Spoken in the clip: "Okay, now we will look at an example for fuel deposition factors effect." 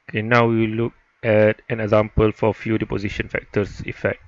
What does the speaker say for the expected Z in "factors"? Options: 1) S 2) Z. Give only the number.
1